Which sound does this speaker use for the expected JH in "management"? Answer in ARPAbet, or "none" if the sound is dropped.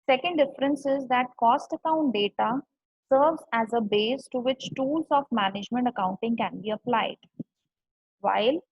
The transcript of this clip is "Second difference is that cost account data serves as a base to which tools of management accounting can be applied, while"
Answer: JH